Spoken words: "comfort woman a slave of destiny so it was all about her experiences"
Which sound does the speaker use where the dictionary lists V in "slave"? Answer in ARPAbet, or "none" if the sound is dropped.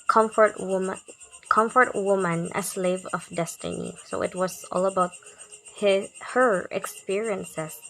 V